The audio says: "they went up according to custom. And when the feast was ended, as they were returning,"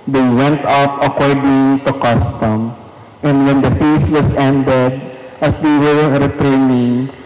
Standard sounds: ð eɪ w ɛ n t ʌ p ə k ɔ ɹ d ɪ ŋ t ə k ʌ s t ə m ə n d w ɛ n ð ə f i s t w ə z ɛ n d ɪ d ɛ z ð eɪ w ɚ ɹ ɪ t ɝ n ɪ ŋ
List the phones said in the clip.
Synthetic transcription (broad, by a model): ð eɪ w ɛ n t ʌ p ə k ɔ ɹ d ɪ ŋ t ə k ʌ s t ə m ə n d w ɛ n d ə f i s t w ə s ɛ n d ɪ d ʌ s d eɪ w ɚ ɹ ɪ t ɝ n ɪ ŋ